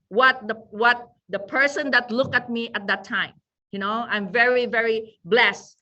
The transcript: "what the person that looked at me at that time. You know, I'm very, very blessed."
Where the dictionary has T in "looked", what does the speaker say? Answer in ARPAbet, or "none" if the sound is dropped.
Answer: none